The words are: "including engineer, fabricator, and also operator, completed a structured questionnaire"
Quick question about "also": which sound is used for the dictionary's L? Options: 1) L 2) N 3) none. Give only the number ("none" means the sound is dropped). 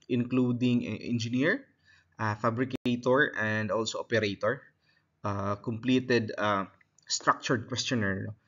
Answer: 1